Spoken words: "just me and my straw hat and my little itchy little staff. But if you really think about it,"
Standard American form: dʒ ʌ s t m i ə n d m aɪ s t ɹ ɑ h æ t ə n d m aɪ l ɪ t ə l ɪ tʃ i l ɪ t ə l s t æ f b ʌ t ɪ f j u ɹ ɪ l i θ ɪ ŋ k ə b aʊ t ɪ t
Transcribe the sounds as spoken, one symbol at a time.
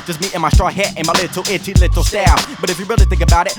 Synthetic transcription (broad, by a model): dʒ ʌ s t m i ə n m aɪ s t ɹ ɑ h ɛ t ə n m aɪ l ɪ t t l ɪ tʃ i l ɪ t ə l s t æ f b ʌ t ɪ f j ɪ ɹ ɪ l i θ ɪ ŋ k ə b aʊ t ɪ t